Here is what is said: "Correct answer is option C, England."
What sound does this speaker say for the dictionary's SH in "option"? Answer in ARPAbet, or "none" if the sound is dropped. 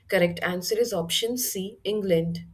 SH